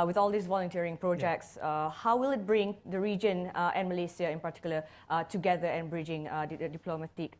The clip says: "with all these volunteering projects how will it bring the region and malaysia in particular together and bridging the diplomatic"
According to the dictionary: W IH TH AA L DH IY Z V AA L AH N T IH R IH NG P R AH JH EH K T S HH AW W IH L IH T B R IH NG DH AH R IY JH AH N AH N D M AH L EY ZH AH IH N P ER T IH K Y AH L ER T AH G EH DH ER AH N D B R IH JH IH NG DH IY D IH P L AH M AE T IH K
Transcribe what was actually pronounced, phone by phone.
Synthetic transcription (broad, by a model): W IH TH AA L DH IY S V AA L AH N T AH R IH NG P R AH JH EH K T S HH AW W IH L IH T B R IH NG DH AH R IY JH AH N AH N M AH L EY S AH IH N P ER T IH K Y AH L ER T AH G EH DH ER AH N B R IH JH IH NG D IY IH P L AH M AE T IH K